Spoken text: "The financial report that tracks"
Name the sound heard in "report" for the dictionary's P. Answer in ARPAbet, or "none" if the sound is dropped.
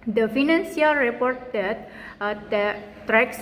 P